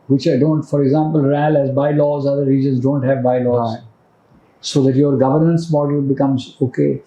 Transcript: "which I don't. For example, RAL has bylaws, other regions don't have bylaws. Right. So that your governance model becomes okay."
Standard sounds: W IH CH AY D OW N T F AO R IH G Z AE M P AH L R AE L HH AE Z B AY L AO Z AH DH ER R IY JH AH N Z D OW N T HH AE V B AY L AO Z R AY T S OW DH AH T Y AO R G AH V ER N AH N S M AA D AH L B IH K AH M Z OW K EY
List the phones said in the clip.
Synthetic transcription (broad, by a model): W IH CH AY D OW N T F AO R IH G Z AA M P AH L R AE L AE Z B AY L AO Z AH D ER R IY JH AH N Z D OW N T HH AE V B AY L AO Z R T S OW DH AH T Y AO R G AH V ER N AH N S M AA D AH L B IH K AH M Z OW K EY